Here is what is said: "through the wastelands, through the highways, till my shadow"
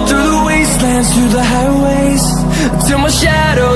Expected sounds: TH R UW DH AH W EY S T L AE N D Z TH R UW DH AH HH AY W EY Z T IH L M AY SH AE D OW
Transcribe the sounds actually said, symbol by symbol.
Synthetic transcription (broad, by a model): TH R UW DH AH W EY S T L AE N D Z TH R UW DH AH HH AY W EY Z S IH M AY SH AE D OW